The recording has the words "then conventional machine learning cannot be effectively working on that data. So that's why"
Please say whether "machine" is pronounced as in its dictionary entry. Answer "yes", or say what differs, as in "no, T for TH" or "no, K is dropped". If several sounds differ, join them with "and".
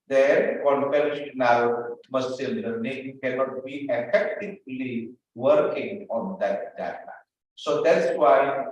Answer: no, S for SH